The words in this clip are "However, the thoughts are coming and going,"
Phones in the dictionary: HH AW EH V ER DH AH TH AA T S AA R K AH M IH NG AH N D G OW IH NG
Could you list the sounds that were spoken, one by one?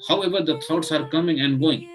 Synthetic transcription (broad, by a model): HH AW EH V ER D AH T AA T S AA R K AH M IH NG AH N D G OW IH NG